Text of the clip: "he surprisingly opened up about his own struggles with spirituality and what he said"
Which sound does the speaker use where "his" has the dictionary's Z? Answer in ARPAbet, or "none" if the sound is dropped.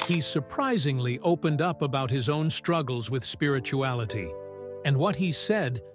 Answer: Z